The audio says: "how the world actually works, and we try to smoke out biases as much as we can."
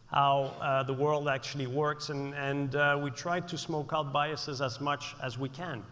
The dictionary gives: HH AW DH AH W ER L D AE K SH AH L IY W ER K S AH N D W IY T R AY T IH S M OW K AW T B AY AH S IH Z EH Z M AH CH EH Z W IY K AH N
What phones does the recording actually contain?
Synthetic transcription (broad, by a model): HH AW DH AH W ER L D AE K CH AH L IY W ER K S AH N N W IY T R AY T IH S M OW K AW T B AY AH S IH Z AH Z M AH CH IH Z W IY K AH N